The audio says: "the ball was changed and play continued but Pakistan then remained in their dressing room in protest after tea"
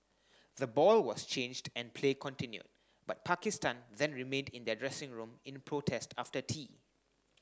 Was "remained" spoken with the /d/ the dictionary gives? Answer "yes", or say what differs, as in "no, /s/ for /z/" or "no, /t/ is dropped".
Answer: yes